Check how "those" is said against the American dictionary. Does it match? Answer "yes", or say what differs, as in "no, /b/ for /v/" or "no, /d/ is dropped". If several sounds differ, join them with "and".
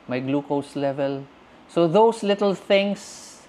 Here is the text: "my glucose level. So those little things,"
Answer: no, /s/ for /z/